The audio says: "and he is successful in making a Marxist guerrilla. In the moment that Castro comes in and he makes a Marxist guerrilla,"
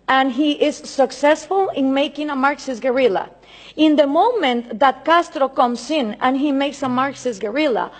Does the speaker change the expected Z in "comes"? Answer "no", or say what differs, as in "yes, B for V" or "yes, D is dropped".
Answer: yes, S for Z